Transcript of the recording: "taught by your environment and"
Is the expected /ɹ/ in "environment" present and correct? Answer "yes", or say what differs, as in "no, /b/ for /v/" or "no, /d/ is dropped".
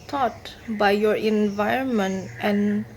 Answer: yes